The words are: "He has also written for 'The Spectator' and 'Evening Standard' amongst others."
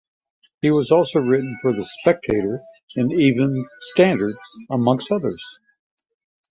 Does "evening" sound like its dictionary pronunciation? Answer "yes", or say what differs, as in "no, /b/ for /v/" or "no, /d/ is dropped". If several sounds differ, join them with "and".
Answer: no, /n/ is dropped